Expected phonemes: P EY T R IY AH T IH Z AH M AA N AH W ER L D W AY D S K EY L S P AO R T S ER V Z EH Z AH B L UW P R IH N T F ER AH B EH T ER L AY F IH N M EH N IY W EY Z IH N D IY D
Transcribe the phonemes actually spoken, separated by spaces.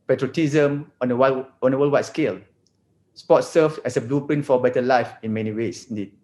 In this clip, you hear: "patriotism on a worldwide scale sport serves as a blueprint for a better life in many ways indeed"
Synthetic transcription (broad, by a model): P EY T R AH T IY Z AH M AA N AH W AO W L W AY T S K EY L S P AO T S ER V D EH S AH B L UW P IH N F AH B EH T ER L AY F IH N M EH N IY W EY S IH N D IY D